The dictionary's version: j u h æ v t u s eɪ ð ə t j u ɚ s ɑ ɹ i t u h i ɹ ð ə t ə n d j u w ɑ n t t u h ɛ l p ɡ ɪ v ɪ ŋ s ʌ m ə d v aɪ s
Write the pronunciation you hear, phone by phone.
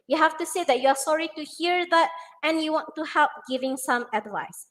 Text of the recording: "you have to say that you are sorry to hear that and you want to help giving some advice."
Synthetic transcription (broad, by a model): j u h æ f t u s eɪ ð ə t j u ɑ s ɑ ɹ i t u h i ɹ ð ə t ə n j u w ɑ n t t u h ɛ l p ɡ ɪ v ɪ ŋ s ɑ m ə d v aɪ s